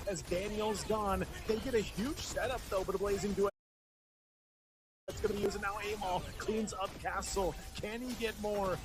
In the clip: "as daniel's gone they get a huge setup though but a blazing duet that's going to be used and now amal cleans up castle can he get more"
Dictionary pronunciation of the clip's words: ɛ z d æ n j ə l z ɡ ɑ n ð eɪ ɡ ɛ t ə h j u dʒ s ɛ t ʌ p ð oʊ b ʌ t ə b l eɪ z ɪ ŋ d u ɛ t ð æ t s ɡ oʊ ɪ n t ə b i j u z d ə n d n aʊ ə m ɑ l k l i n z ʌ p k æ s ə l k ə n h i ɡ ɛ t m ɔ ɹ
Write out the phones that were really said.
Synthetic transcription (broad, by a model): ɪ z d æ n j l z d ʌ n ð eɪ ɡ ɛ t ə h j u dʒ s ɛ t ʌ p ð oʊ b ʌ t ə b l eɪ z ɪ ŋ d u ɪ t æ t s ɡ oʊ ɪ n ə b i j u z ə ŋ n aʊ ə m ɑ l k l i n z ʌ p k æ s l k ə n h i ɡ ɛ t m ɔ ɹ